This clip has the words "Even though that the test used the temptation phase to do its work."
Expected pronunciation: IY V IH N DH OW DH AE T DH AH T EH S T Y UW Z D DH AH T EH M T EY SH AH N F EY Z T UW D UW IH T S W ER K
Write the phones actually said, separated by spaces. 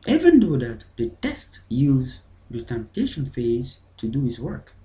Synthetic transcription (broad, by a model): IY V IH N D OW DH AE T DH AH T EH S T Y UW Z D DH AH T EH M T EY SH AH N F EY Z T UW D UW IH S W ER K